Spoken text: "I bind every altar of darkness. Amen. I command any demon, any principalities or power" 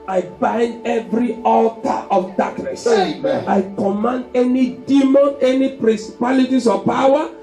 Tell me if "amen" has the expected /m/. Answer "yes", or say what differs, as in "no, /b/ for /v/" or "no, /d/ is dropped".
no, /m/ is dropped